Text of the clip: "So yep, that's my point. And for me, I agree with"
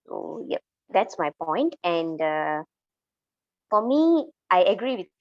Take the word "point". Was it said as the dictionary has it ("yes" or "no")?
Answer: yes